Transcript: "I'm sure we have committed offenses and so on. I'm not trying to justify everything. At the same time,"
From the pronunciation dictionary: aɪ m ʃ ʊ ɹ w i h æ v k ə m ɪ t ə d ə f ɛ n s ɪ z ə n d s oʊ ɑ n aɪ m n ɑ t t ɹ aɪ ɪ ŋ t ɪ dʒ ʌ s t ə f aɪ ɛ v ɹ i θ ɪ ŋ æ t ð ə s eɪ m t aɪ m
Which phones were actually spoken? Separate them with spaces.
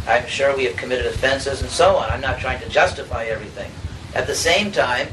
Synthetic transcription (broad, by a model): aɪ m ʃ ʊ ɹ w i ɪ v k ə m ɪ t ə d ə f ɛ n s ɪ z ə n s oʊ ɑ n aɪ m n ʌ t t ɹ aɪ ɪ ŋ t ɪ dʒ ʌ s t ə f aɪ ɛ v ɹ i θ ɪ ŋ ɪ t ð ə s eɪ m t aɪ m